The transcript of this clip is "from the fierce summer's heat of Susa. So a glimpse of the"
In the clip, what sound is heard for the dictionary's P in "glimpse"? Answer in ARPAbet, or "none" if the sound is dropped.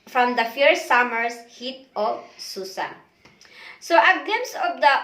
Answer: none